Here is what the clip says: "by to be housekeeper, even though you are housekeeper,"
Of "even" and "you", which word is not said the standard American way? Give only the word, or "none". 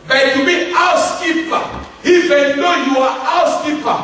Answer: even